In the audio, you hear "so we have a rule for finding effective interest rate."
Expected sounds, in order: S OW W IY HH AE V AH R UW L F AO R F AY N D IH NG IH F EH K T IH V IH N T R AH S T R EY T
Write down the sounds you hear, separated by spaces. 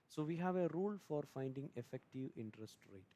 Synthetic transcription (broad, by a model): S OW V IY HH AE V AH R UW L F AO R F AY N D IH NG IH F EH K T IH V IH N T R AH S T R EY T